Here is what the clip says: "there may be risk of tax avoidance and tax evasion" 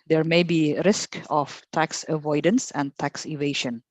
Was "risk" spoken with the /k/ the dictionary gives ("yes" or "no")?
yes